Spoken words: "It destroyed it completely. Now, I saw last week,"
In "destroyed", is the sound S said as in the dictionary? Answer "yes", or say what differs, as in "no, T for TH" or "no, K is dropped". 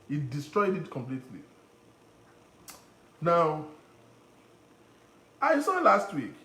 yes